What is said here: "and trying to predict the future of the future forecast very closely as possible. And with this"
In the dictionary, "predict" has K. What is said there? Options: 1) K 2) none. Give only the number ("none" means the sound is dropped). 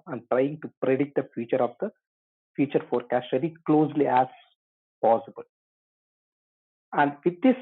2